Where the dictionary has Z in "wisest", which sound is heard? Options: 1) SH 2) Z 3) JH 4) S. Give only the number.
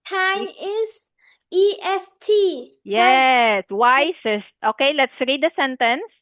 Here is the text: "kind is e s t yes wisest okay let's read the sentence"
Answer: 4